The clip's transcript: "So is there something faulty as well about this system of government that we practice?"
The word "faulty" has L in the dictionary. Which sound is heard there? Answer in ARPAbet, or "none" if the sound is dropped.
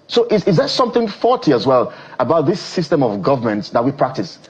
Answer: none